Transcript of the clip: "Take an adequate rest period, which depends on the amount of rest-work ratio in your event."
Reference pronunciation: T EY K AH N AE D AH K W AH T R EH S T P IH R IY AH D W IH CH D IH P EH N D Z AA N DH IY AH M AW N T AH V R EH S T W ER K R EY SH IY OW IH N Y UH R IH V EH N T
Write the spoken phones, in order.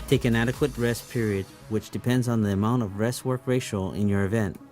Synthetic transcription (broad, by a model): T EY K AH N AE D AH K W AH T R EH S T P IH R IY AH D W IH CH D IH P EH N D Z N DH IY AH M AW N T AH V R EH S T W ER K R EY SH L IH N Y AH R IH V EH N T